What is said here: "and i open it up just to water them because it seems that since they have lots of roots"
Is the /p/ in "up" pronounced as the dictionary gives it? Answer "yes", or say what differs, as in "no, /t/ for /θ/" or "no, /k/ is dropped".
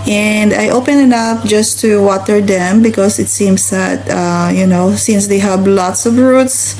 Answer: no, /f/ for /p/